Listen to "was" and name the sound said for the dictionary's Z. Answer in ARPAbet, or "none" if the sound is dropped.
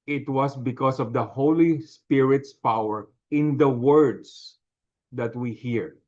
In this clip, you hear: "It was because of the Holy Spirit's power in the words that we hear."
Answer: S